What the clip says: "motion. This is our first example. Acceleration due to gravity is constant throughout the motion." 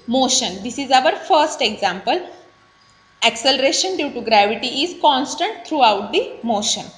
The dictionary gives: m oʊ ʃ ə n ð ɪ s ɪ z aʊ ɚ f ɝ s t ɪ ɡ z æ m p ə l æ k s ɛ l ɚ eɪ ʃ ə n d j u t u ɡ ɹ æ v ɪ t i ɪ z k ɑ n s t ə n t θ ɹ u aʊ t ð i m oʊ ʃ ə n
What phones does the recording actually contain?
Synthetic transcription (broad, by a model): m oʊ ʃ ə n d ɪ s ɪ z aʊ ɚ f ɝ s t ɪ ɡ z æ m p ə l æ k s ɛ l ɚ eɪ ʃ ə n d j u t u ɡ ɹ æ v ɪ t i ɪ z k ɑ n s t ə n t t ɹ u aʊ t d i m oʊ ʃ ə n